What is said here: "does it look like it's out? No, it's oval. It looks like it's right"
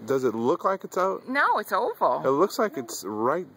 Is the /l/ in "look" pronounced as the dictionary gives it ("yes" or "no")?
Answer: yes